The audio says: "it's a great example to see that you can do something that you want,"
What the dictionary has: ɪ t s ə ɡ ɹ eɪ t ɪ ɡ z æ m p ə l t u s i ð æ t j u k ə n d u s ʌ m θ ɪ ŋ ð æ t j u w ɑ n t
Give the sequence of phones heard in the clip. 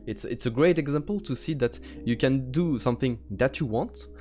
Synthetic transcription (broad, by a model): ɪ t s ə ɡ ɹ eɪ t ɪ ɡ z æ m p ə l t u s i ð æ t j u k ə n d u s ʌ m θ ɪ ŋ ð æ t j u w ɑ n t